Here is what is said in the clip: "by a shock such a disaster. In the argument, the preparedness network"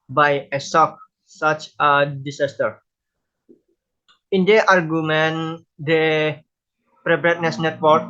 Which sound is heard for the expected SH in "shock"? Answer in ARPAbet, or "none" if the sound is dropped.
S